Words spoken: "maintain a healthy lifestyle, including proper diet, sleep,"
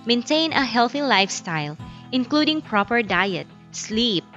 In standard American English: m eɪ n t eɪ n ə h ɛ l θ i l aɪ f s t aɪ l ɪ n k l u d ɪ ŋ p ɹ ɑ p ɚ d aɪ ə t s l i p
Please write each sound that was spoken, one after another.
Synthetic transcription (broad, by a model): m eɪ n t eɪ n ə h ɛ l θ i l aɪ f s t aɪ l ɪ n k l u d ɪ ŋ p ɹ ɑ p ɚ d aɪ ə t s l i p